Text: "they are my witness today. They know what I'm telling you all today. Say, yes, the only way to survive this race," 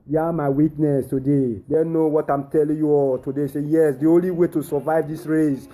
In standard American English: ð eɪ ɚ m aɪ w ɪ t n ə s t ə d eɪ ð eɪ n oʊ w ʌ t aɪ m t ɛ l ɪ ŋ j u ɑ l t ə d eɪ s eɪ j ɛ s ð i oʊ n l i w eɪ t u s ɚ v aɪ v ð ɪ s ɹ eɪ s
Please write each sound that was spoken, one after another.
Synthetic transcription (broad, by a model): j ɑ m aɪ w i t n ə s t ə d eɪ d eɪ n oʊ w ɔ t aɪ m t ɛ l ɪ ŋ j u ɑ t ə d eɪ s eɪ j ɛ s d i oʊ n l i w eɪ t u s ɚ v aɪ v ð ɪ s ɹ eɪ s